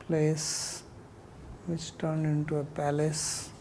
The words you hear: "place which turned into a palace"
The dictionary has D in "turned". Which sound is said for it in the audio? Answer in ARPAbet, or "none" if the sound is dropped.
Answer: D